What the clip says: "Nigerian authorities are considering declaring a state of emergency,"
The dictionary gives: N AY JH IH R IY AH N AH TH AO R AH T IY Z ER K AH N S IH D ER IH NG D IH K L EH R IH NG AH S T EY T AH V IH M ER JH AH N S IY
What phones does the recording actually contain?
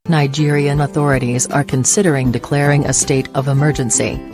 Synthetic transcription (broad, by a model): N AY JH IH R IY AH N AH TH AO R AH T IY Z ER K AH N S IH D ER IH NG D IH K L EH R IH NG AH S T EY T AH V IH M ER JH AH N S IY